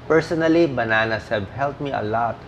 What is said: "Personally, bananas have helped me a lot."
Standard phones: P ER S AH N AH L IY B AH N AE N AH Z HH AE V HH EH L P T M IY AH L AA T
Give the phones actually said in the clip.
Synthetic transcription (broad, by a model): P ER S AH N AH L IY B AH N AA N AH S HH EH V HH EH L T M IY AH L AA T